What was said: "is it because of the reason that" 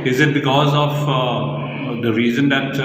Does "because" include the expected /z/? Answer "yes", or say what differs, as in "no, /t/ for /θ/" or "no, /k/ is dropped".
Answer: yes